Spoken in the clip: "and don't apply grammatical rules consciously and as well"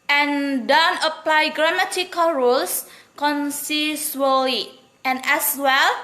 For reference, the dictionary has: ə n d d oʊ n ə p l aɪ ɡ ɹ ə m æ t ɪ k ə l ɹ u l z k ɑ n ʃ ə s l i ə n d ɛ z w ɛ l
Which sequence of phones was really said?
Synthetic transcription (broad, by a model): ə n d d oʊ n ə p l aɪ ɡ ɹ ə m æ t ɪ k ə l ɹ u l s k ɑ n s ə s l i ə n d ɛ s w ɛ l